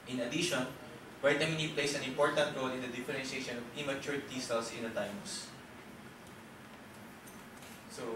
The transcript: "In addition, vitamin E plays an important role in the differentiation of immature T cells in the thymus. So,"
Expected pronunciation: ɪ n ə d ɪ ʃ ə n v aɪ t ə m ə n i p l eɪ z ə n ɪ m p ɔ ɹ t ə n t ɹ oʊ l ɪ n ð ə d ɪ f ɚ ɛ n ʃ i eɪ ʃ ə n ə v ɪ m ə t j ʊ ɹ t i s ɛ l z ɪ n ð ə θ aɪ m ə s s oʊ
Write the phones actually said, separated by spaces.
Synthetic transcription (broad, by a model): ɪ n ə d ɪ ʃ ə n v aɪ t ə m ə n i p l eɪ s ə n ɪ m p ɔ ɹ t ə n t ɹ oʊ l ɪ n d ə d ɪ f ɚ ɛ n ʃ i eɪ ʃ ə n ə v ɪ m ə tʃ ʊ ɹ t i s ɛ l s ɪ n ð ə t aɪ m s s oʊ